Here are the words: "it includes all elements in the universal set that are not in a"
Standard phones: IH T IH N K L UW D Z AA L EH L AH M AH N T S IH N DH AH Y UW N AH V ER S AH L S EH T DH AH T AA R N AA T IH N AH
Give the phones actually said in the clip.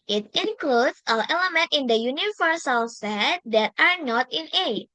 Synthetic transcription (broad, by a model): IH T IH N K L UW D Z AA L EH L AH M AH N T IH N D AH Y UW N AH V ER S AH L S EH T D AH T AA R N AA T IH N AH